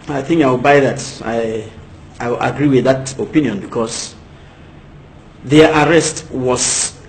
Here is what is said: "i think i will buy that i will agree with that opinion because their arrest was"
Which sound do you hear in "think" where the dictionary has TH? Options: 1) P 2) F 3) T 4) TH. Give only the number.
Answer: 4